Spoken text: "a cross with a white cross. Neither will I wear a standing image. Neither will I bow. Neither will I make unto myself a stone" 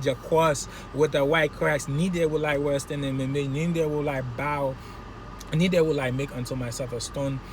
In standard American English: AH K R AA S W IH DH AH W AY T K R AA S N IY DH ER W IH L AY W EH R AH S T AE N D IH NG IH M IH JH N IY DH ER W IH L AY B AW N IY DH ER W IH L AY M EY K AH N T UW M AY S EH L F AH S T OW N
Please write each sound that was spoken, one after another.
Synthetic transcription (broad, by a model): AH K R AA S W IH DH AH W AY T K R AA S N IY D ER W IH L AY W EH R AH S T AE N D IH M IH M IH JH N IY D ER W IH L AY B AW N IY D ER W IH L AY M EY K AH N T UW M AY S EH F AH S T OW N